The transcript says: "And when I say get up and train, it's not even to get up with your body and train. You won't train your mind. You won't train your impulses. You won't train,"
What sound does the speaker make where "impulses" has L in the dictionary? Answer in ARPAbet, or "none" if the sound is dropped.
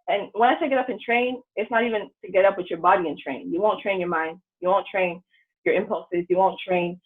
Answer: L